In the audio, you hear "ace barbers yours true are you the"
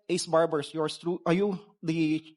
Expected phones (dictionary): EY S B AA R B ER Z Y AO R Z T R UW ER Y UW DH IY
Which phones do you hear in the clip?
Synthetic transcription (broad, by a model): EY S B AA R B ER S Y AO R S T R UW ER Y UW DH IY